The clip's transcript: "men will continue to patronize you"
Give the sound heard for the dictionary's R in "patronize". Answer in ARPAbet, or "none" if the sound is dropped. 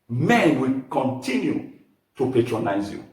R